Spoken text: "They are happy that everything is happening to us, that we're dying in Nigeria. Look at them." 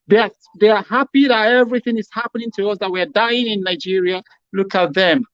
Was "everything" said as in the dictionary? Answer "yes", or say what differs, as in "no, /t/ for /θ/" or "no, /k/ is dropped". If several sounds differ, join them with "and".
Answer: yes